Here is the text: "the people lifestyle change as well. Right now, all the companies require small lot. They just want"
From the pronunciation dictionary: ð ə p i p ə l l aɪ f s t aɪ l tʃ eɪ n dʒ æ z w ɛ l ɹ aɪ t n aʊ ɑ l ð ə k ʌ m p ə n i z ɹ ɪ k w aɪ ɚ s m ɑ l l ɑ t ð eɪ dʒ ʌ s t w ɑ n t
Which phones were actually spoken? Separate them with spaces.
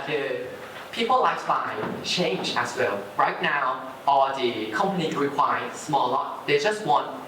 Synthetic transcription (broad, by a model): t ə p i p ə l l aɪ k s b aɪ tʃ eɪ n dʒ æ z w ɛ l ɹ aɪ t n aʊ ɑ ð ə k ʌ m p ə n i ɹ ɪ k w aɪ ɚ s m ɑ l l ɑ t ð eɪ dʒ ʌ s t w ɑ n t